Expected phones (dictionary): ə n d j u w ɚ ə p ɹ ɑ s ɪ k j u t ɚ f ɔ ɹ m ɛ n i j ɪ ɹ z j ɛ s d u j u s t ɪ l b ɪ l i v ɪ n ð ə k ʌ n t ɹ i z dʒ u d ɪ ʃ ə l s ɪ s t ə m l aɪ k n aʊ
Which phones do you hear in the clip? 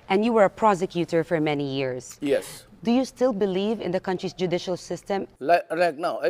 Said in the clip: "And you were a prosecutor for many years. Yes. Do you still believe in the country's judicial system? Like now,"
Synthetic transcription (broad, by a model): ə n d j u w ɚ ə p ɹ ɑ s ɪ k j u t ɚ f ɔ ɹ m ɛ n i j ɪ ɹ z j ɛ s d u j u s t ɪ l b ɪ l i v ɪ n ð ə k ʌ n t ɹ i s dʒ u d ɪ ʃ ə l s ɪ s t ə m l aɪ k n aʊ